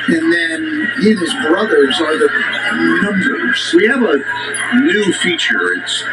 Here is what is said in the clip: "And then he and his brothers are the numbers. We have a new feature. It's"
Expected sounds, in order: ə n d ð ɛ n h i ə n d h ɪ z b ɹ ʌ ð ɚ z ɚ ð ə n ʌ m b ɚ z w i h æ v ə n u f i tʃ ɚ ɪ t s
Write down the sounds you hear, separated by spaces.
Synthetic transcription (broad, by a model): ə n ð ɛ n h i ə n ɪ z b ɹ ʌ ð ɚ z ɚ ð ə n ʌ m b ɚ z w i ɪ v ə n u f i tʃ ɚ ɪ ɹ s